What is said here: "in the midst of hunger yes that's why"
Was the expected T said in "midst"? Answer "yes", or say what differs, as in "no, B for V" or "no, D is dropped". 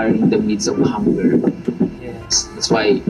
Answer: no, T is dropped